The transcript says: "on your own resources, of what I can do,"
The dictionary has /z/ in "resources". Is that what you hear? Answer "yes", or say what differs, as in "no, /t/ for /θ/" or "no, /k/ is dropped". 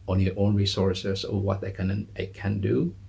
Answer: no, /s/ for /z/